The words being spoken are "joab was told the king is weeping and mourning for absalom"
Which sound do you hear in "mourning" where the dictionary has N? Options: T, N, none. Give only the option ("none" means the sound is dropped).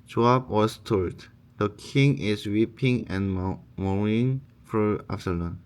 none